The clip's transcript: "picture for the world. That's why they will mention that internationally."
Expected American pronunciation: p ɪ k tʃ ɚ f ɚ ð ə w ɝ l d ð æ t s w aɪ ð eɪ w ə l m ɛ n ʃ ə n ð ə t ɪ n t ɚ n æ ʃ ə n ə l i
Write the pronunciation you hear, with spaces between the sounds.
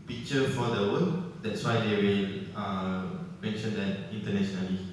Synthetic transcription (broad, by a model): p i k tʃ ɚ f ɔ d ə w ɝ n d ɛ t s w aɪ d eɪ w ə l m ɛ n ʃ ə n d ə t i n t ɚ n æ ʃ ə n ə l i